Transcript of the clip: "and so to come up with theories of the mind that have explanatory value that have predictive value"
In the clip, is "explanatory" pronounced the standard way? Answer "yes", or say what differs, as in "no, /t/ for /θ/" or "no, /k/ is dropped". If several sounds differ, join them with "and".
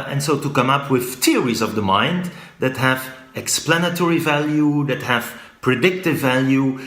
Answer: yes